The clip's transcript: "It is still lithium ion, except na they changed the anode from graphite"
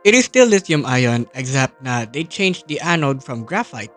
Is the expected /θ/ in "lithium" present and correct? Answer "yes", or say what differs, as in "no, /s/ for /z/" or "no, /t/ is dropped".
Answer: no, /s/ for /θ/